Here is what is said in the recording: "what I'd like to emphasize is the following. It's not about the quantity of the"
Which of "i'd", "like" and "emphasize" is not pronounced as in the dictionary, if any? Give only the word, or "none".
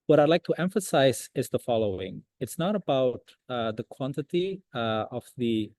none